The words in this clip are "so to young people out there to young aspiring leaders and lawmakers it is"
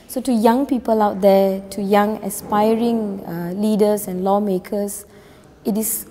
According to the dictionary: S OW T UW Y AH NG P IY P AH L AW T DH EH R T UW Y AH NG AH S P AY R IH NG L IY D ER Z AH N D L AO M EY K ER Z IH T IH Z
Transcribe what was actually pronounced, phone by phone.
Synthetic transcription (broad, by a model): S OW T UW Y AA NG P IY P AH L AW T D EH T UW Y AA NG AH S P AY R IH NG L IY D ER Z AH N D L AO M EY K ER S IH T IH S